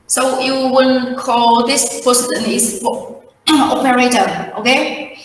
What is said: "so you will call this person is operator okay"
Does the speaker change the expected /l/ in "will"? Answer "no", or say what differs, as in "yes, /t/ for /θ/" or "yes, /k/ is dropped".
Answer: yes, /n/ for /l/